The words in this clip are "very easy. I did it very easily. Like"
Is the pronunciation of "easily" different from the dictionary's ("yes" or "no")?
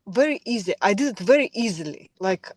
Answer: no